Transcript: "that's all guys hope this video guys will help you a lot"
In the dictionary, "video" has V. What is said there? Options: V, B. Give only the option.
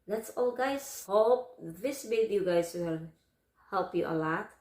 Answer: B